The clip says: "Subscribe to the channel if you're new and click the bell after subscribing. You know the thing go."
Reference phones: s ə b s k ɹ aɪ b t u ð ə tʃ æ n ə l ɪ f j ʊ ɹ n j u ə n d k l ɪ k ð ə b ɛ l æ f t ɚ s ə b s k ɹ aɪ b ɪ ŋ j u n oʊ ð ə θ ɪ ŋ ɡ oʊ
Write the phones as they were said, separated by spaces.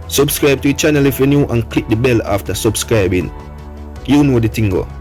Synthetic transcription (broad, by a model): s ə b s k ɹ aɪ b t u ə tʃ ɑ n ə l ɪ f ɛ n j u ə n k l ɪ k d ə b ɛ l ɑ f t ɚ s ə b s k ɹ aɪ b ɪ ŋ j u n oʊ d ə t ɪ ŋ ɡ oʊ